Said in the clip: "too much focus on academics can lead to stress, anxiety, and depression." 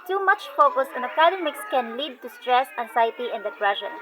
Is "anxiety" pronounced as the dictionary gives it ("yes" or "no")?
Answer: no